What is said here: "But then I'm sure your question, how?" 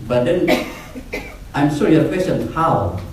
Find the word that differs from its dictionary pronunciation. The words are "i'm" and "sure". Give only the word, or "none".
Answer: sure